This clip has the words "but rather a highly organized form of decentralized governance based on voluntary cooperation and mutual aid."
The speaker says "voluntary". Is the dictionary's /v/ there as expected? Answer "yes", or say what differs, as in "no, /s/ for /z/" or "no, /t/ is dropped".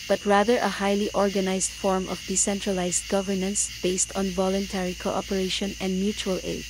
yes